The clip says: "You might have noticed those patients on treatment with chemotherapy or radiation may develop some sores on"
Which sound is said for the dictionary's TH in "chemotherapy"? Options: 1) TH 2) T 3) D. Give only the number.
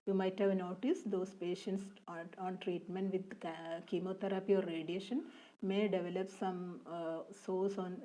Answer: 2